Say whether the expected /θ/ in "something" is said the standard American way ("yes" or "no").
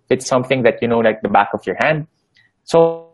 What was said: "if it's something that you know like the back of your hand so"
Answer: yes